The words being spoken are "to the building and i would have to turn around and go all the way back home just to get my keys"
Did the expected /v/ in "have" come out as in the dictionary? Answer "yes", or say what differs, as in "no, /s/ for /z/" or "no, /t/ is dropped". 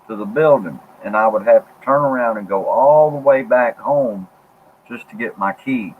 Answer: no, /f/ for /v/